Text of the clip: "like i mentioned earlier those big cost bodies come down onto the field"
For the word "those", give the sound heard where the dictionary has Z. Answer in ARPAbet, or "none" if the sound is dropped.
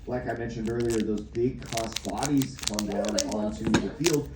Z